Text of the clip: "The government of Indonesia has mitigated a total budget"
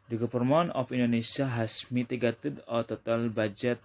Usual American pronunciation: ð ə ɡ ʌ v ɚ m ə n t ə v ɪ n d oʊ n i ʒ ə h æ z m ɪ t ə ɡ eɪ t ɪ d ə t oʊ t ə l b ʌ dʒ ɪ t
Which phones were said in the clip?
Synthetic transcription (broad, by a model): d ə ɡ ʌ p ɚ m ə n ə f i n d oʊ n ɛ s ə h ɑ s m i t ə ɡ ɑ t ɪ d ə t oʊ t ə l b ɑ dʒ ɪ t